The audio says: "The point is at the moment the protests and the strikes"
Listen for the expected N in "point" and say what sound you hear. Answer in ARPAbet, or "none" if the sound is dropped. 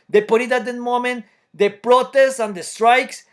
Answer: none